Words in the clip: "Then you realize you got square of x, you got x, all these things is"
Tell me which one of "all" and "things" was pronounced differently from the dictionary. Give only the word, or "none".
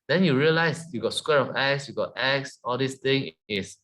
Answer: things